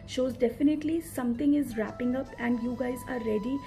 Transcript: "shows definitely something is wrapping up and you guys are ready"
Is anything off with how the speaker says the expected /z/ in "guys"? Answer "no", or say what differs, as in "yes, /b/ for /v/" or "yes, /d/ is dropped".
no